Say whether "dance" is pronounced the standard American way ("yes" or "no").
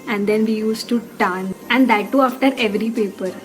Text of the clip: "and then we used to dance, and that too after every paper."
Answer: no